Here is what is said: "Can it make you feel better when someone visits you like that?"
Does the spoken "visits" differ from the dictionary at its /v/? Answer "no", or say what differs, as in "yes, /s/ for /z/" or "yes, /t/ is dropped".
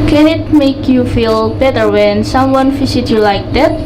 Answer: yes, /f/ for /v/